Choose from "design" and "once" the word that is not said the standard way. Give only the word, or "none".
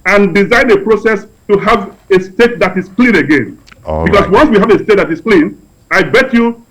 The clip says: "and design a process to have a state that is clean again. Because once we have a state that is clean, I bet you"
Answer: none